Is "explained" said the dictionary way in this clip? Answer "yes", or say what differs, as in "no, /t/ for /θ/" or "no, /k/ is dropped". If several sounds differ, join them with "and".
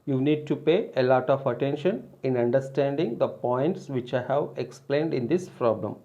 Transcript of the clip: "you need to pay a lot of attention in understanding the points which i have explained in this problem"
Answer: yes